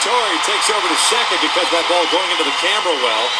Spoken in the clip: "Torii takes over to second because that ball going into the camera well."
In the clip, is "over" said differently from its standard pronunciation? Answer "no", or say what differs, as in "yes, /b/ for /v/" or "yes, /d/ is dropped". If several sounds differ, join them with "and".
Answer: no